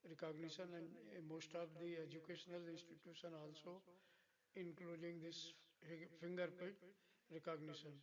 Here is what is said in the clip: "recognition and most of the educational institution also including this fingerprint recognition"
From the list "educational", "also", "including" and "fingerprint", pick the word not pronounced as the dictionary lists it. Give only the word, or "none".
fingerprint